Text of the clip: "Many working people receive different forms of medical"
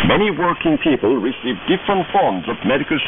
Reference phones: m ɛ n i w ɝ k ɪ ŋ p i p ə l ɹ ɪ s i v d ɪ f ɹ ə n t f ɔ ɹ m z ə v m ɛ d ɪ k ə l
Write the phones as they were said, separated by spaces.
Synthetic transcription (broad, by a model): m ɛ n i w ɝ k ɪ ŋ p i p ə l ɹ ɪ s i v d ɪ f ɹ ə n t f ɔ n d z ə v m ɛ d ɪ k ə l